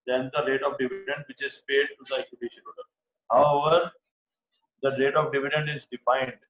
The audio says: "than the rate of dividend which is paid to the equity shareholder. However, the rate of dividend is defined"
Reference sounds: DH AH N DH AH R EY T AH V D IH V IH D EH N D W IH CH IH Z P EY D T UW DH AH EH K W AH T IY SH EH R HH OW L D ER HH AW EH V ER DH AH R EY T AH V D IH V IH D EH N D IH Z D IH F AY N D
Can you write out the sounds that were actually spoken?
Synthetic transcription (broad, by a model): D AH N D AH R EY T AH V D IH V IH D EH N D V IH CH IH Z P EY D T UW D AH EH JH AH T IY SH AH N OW D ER HH AW EH V ER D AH R EY T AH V D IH V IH D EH N D IH Z D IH F AY N D